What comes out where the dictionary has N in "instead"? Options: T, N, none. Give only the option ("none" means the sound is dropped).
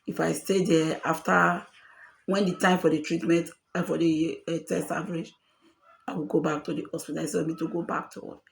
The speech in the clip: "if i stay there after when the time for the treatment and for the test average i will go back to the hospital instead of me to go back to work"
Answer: none